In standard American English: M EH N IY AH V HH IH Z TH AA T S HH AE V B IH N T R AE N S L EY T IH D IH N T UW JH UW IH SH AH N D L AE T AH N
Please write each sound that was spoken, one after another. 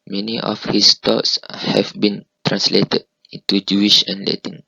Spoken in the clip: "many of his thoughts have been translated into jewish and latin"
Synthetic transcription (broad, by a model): M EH N IY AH F HH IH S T AA T S HH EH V B IH N T R AE N S L EY T IH D IH N T UW JH UW IH SH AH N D L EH T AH N